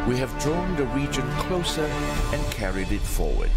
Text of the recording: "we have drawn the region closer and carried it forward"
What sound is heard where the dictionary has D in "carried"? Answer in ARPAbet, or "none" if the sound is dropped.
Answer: D